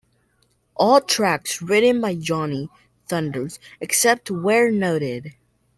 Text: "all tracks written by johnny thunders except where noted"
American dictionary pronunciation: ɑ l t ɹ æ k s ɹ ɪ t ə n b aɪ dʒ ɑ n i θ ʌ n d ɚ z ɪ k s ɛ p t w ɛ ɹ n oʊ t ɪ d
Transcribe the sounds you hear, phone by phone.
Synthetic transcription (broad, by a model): ɑ l t ɹ æ k s ɹ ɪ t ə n b aɪ dʒ ɑ n i θ ʌ n d ɚ z ɪ k s ɛ p t w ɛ ɹ n oʊ t ɪ d